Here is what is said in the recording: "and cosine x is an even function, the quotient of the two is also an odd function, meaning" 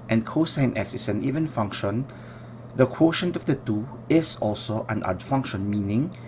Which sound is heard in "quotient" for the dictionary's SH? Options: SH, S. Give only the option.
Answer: SH